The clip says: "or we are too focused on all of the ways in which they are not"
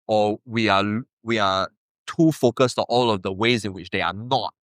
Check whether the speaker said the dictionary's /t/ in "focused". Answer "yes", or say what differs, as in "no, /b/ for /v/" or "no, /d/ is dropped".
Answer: yes